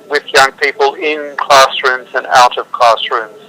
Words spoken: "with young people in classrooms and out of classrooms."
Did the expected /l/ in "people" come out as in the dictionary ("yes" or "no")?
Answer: yes